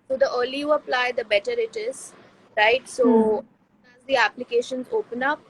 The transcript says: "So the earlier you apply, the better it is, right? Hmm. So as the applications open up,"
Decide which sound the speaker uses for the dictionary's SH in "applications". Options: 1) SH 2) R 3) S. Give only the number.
1